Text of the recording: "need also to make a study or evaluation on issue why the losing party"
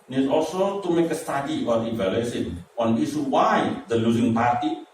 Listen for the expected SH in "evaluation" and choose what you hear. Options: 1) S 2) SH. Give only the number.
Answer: 1